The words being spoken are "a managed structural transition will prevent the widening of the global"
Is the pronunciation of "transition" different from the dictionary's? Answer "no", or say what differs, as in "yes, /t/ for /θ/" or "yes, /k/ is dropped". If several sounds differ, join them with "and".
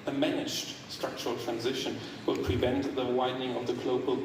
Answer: no